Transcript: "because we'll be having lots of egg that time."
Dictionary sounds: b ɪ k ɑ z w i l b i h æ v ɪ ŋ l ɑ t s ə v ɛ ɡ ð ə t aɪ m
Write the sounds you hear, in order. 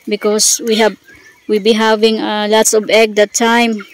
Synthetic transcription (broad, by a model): b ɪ k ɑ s w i w b i h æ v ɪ ŋ l ɑ t s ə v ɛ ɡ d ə t aɪ m